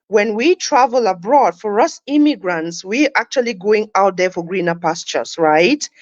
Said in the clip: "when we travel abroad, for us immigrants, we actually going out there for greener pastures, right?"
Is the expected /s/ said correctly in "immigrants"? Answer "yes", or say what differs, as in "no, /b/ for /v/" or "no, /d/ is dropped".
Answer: yes